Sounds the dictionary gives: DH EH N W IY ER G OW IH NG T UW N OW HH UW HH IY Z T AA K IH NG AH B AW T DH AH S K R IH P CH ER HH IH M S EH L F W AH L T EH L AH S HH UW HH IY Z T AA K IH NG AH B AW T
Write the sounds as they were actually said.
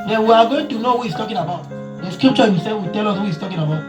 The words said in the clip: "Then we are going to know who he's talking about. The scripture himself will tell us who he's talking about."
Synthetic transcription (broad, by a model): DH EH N W IY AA G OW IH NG T UW N OW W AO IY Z T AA K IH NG AH B AW T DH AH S K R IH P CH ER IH S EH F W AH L T EH L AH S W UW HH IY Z T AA K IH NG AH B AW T